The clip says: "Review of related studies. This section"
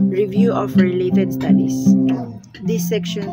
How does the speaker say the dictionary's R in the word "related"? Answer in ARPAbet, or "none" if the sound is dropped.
R